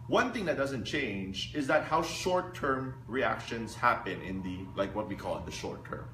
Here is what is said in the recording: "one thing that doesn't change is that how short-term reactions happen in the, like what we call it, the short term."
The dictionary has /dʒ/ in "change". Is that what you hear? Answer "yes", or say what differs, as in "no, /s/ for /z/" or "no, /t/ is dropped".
yes